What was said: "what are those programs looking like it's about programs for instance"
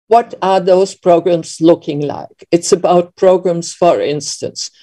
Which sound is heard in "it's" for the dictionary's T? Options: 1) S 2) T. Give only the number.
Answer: 2